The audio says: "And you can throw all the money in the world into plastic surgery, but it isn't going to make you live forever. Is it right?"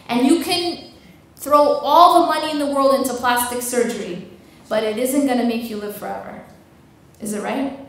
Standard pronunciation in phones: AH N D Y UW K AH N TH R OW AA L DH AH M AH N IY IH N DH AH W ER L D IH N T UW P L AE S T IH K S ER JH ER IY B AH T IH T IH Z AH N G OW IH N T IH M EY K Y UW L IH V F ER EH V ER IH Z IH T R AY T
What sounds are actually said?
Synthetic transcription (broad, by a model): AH N Y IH K AH N TH R OW AA L DH AH M AH N IY IH N DH AH W ER L D IH N T UW P L AE S T IH K S ER JH ER IY B AH T IH T IH Z AH N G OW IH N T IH M EY K Y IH L IH V F ER EH V ER IH Z IH T R AY T